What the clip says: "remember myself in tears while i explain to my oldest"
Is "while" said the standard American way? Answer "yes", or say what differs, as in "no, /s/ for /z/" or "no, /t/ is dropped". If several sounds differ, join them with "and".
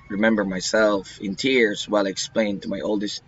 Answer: yes